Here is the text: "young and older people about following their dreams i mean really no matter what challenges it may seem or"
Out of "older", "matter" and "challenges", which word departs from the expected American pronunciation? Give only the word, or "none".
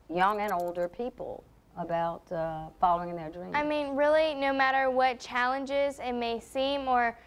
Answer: none